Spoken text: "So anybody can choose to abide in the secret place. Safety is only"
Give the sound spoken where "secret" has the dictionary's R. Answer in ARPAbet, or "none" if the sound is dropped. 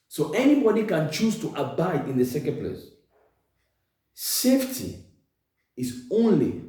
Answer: none